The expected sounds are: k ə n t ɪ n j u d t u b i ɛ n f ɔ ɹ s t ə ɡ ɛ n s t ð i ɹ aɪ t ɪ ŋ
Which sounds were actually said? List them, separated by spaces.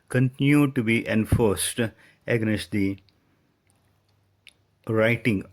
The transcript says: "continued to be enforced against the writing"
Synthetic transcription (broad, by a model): k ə n t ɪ n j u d t u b i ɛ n f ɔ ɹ s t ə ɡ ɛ s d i ɹ aɪ t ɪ ŋ